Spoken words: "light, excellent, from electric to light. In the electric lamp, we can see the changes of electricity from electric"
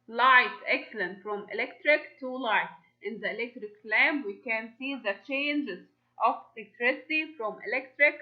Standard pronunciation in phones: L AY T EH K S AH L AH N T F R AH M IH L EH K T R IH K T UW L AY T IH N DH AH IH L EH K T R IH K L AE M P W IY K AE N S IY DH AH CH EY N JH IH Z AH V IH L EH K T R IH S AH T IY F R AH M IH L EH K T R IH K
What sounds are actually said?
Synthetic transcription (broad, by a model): L AY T EH K S AH L AH N T F R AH M IH L EH K T R IH K T UW L AY T IH N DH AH IH L EH K T R IH K L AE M B W IY K AE N S IY DH AH CH EY N JH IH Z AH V IH L EH K T R IH S AH T IY F R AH M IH L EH K T R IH K